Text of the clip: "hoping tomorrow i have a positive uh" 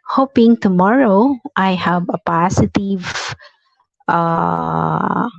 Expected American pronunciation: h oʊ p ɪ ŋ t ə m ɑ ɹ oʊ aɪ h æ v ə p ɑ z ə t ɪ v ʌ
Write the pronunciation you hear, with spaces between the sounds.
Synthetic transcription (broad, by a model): h oʊ p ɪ ŋ t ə m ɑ ɹ oʊ aɪ h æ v ə p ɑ s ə t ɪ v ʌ